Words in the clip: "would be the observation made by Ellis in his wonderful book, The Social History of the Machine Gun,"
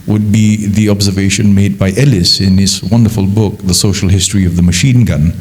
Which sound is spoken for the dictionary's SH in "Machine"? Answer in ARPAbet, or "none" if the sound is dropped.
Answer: SH